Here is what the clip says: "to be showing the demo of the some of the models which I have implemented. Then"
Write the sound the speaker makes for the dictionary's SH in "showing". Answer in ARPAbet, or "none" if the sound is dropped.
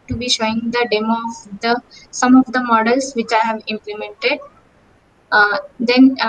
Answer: SH